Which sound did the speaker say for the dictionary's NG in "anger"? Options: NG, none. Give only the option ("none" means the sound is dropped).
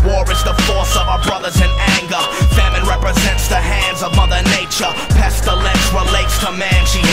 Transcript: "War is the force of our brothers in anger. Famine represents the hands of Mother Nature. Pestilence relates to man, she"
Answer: NG